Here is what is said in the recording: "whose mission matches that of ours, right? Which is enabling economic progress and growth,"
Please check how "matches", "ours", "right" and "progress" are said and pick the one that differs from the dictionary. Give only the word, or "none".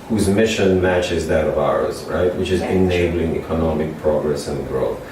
none